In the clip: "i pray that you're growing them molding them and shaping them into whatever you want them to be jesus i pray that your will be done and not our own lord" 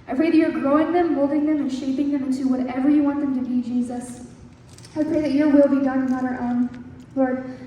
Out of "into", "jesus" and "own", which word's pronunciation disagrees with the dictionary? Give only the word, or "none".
none